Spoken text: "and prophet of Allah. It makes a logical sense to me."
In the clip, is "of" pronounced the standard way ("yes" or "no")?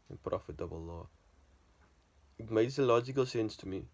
no